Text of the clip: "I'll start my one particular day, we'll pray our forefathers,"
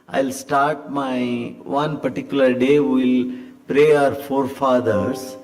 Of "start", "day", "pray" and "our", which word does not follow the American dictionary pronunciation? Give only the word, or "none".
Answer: none